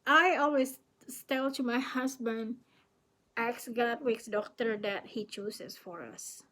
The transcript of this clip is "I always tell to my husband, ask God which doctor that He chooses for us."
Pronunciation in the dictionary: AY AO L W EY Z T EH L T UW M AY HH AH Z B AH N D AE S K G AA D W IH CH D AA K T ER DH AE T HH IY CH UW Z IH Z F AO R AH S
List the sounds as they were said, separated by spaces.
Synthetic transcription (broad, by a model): AY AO L W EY S T EH L T UW M AY HH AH S B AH N D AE S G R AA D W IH S D AA K T ER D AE T HH IY CH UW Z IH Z F AO R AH S